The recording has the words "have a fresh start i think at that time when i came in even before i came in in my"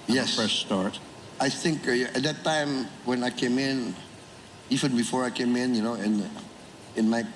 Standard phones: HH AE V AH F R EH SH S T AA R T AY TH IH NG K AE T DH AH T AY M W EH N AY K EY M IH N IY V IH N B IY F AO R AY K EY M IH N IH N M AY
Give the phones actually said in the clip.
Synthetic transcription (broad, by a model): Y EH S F EH S S T AA R T AY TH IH NG K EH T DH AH T AY M W EH N AY K EY M IH N IY V IH N B IY F AO R AY K EY M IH N IH N M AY